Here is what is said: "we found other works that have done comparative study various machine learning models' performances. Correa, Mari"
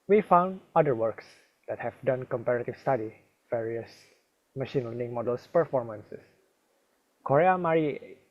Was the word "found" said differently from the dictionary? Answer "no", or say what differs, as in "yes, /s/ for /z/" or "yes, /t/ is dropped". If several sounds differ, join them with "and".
no